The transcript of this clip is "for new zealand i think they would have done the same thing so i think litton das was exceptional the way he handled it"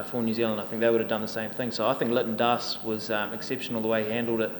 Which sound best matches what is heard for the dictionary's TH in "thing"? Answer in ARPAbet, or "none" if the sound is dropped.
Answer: TH